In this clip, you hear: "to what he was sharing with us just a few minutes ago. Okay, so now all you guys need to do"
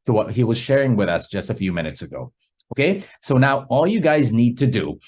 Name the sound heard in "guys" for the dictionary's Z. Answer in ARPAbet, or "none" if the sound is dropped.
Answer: Z